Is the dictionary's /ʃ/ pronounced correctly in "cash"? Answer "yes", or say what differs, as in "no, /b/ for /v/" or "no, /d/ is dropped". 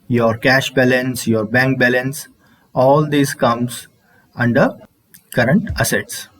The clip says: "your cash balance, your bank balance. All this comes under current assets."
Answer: yes